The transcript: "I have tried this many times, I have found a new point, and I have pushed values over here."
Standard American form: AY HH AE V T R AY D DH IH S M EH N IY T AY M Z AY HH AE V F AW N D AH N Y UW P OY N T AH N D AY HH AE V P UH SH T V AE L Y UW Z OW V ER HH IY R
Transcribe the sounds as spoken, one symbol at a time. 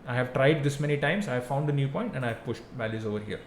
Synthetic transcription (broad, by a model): AY HH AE V T R AY D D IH S M EH N IY T AY M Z AY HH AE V F AW N D AH N Y UW P OY N T AH N D AY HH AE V P UH SH T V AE L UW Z OW V ER HH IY R